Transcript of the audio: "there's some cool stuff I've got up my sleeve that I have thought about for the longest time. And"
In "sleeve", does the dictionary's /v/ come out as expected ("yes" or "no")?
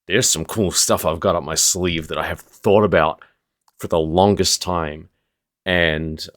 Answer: yes